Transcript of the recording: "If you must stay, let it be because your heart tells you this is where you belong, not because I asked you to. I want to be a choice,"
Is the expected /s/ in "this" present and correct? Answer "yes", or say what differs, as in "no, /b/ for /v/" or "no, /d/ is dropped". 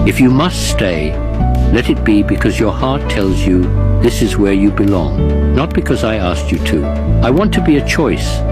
yes